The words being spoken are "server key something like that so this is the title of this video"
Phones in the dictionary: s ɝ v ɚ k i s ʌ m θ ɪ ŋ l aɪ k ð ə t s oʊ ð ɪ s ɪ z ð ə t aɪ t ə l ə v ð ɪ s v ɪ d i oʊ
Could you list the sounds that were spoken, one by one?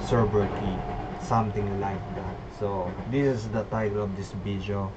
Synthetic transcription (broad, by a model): s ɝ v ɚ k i s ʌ m t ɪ ŋ l aɪ k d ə t s oʊ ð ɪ s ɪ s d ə t aɪ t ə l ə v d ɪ s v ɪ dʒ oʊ